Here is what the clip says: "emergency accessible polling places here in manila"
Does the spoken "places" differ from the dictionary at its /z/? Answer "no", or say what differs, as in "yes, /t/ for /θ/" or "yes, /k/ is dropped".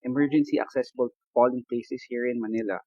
yes, /s/ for /z/